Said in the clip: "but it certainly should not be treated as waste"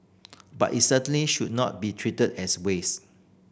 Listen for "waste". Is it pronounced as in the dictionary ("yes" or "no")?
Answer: no